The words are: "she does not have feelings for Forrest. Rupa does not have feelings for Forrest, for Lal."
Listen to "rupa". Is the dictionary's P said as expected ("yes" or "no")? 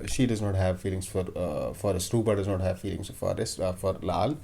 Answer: no